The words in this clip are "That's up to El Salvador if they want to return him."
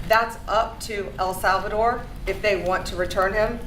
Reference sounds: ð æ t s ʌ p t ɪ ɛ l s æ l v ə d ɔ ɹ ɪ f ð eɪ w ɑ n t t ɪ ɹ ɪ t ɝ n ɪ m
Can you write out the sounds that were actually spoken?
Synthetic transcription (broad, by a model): ð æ t s ʌ p t ɪ ɛ l s æ l v ə d ɔ ɹ ɪ f ð eɪ w ɑ n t t ɪ ɹ ɪ t ɝ n ɪ m